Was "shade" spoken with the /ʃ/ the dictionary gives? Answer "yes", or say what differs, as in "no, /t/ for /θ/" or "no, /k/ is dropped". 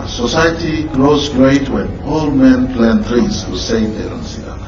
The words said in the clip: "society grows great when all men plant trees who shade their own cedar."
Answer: no, /s/ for /ʃ/